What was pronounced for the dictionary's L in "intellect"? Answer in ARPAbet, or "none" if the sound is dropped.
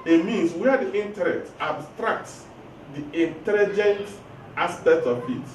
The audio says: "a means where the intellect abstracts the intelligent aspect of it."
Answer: N